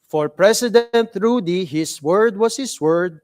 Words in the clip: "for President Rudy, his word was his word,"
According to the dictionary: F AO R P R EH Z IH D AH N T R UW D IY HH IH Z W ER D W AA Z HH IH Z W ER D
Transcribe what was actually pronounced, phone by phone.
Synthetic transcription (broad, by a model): F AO R P R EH S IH D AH N T R UW D IY HH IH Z W ER D W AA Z HH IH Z W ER D